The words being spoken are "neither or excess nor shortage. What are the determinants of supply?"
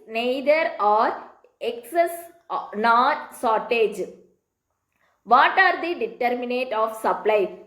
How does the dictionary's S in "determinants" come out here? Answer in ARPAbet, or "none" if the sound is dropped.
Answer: none